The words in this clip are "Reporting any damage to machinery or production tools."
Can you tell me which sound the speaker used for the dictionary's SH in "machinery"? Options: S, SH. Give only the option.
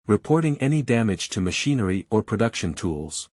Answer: SH